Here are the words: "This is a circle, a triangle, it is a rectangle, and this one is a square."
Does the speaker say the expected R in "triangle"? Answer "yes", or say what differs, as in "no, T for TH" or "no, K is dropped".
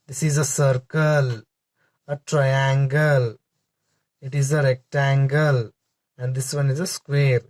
yes